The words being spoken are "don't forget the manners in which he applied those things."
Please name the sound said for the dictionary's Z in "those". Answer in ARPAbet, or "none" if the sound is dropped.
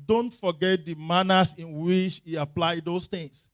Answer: S